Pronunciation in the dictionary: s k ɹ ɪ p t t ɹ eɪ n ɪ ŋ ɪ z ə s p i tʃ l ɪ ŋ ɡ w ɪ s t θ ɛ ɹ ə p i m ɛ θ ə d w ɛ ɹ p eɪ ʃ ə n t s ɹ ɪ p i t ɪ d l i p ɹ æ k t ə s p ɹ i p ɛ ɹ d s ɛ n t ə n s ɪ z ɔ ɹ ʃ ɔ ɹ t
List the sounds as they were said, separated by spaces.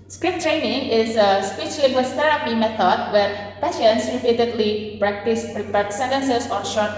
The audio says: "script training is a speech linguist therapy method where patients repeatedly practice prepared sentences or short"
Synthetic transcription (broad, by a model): s k ɹ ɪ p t t ɹ eɪ n ɪ ŋ ɪ z ə s p i tʃ l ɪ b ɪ s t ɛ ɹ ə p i m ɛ t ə d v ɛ ɹ p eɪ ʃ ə n t s ɹ ɪ p i t ɪ d l i p ɹ æ k t ə s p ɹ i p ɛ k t s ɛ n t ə n s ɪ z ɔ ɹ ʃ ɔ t